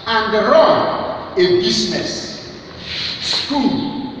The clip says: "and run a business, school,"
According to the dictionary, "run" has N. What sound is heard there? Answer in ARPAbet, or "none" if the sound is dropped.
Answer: none